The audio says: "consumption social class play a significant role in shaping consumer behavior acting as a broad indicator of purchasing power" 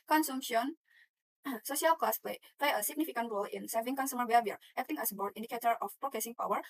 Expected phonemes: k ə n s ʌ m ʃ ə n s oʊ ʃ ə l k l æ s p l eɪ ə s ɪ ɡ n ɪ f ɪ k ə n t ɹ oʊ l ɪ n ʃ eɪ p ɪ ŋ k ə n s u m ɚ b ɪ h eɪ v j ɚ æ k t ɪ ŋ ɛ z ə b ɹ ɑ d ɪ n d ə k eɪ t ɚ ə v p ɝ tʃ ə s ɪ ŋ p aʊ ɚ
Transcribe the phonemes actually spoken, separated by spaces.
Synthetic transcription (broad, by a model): k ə n s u m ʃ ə n s oʊ ʃ ə l k l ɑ s p l eɪ ə s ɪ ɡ n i f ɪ k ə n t ɹ oʊ l ɪ n s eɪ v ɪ ŋ k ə n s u m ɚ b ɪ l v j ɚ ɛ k t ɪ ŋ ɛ s ə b ɑ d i n d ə k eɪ t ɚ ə f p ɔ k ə s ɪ ŋ p aʊ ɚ